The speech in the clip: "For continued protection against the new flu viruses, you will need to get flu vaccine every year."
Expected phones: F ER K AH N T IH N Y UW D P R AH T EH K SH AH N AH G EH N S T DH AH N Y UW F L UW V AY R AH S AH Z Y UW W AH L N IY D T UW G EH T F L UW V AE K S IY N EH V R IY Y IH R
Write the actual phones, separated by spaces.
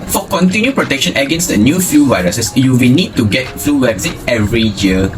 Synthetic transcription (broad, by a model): F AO K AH N T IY N Y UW P R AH T EH K SH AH N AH G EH N S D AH N Y UW F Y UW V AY R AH S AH S Y UW W AH L N IY D T UW G EH T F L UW W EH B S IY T EH V R IY Y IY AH